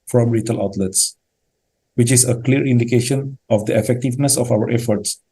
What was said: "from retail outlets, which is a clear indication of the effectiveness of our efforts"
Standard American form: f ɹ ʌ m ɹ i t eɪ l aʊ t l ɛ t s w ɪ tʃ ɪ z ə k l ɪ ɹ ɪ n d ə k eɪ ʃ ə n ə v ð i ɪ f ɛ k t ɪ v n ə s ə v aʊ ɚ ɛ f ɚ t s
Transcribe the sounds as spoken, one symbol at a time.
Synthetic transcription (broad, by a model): f ɹ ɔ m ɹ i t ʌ l aʊ t l ɛ t s w ɪ tʃ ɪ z ə k l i ɹ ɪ n d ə k eɪ ʃ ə n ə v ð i ɪ f ɛ k t ɪ v n ə s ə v aʊ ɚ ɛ f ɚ t s